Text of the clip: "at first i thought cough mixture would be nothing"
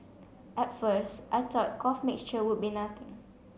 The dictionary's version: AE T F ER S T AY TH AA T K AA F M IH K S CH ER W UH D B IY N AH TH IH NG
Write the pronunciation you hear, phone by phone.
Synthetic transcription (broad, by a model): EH T F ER S T AY T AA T K AA F M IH K S CH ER W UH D B IY N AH T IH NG